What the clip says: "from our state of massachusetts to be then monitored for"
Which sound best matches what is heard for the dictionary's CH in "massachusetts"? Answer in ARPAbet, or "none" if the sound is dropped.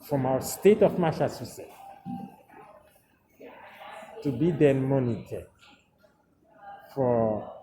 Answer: S